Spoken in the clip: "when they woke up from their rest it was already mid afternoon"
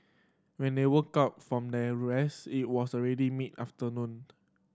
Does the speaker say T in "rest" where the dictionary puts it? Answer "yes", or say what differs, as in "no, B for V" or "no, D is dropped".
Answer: no, T is dropped